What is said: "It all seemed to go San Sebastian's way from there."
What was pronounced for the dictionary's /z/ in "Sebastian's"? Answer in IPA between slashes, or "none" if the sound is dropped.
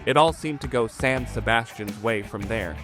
/z/